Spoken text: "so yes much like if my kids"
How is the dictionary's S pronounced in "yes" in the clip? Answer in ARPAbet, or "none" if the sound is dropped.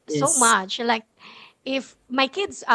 none